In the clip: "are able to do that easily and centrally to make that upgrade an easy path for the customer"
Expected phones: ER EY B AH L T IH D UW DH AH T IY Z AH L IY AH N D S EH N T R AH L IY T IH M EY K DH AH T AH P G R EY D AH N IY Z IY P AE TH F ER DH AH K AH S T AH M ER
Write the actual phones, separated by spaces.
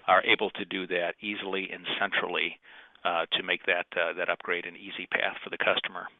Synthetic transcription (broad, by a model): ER EY B L T IH D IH DH AH T IY Z L IY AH N S EH N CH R L IY T IH M EY K DH AH T AH P G R EY D AH N IY Z IY P AE TH F ER DH AH K AH S T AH M ER